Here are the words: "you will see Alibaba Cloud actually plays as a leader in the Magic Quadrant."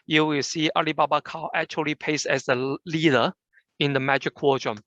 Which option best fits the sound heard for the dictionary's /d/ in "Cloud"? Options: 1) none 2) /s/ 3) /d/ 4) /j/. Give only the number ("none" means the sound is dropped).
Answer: 1